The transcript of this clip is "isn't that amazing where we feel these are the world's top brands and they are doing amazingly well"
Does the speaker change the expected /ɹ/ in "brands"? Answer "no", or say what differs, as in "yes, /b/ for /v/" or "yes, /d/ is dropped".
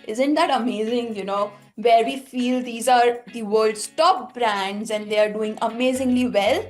no